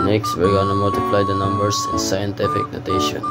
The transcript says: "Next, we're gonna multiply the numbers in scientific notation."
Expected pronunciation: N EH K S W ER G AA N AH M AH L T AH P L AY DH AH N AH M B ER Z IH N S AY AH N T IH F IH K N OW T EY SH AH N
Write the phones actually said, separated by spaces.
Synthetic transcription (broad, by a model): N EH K S W ER G AA N AH M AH L T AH P L AY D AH N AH M B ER S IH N S AY AH N T IH F IH K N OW T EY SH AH N